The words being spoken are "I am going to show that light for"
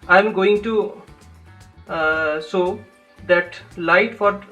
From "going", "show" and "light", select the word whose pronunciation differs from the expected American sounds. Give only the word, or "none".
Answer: show